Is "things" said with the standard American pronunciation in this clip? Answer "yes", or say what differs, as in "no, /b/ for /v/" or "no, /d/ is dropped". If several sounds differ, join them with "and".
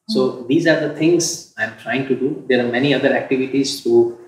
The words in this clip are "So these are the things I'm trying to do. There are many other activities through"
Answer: no, /t/ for /θ/